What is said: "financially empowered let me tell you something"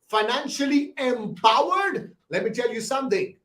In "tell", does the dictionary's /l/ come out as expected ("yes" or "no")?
yes